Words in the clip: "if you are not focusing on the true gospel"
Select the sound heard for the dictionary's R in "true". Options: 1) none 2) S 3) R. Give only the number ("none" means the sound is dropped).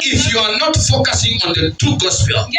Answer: 1